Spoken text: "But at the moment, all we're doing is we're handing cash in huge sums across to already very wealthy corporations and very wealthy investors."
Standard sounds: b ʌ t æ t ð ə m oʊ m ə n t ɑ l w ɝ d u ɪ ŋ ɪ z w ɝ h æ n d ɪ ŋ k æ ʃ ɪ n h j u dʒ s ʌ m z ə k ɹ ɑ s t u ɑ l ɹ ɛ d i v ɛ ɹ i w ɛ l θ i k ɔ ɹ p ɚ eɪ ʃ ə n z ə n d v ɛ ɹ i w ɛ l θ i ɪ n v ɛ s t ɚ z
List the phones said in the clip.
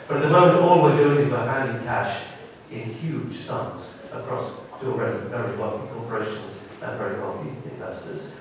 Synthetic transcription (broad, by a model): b ʌ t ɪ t ð ə m oʊ m ə n t ɑ l w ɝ d u ɪ ŋ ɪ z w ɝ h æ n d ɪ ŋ k æ ʃ ɪ n h j u dʒ s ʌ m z ə k ɹ ɑ s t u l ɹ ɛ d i v ɛ ɹ i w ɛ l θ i k ɔ ɹ p ɚ eɪ ʃ ə n z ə n v ɛ ɹ i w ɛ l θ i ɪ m v ɛ s t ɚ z